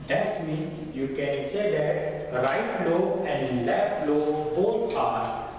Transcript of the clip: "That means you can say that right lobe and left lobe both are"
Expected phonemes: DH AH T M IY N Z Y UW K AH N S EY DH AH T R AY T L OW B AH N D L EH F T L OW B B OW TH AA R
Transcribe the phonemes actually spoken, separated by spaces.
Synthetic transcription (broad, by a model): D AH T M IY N Y UW K AH N S EY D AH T R AY T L OW AH N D L EH F T L OW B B OW T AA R